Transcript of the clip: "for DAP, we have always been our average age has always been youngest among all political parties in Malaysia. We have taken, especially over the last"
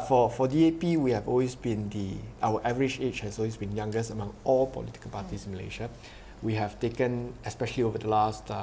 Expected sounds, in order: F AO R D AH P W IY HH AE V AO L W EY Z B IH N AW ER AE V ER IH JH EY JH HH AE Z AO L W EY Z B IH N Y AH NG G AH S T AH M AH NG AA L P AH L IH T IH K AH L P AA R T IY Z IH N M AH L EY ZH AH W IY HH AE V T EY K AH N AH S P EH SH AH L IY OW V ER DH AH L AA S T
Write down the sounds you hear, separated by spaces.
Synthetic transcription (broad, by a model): F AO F D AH P W IY HH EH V AO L W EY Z B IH N AW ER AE V ER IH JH EY CH HH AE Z AO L W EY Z B IH N Y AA NG G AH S AH M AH NG AA L P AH L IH T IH K AH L P AA T IY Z IH N M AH L EY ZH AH W IY HH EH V T EY K AH N AH S P EH SH AH L IY OW V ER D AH L AA S T